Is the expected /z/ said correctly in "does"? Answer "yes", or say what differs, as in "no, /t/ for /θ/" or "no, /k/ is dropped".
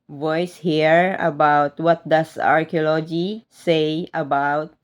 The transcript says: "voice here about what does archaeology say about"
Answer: no, /s/ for /z/